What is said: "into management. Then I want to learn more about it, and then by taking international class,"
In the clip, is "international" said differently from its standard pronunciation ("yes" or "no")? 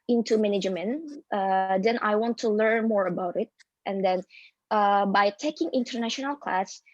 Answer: no